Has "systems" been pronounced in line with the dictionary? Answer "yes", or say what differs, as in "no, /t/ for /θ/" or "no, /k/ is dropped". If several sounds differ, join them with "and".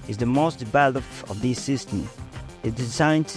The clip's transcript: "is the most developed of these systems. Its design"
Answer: no, /z/ is dropped